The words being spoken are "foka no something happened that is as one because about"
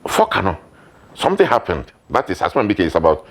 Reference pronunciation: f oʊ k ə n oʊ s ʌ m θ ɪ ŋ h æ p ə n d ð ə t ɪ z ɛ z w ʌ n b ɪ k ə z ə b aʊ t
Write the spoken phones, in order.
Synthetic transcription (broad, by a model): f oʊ k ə n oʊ s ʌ m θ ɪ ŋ h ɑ p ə n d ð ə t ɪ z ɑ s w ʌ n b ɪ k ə s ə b aʊ t